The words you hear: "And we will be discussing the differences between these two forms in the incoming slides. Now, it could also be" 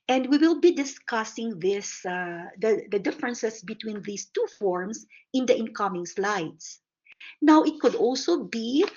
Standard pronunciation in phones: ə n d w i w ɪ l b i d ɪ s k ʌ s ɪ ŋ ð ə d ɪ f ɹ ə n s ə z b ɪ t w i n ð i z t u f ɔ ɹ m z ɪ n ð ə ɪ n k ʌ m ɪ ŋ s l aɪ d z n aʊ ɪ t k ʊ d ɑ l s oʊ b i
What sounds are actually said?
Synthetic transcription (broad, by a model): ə n d w i w ɪ l b i d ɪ s k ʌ s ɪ ŋ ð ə d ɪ f ɹ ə n s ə s b ɪ t w i n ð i s t u f ɔ ɹ m s ɪ n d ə ɪ n k ʌ m ɪ ŋ s l aɪ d s n aʊ ɪ t k ʊ d ɑ l s oʊ b i